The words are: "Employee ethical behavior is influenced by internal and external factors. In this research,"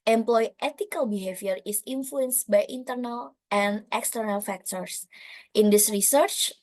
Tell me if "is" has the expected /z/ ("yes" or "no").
no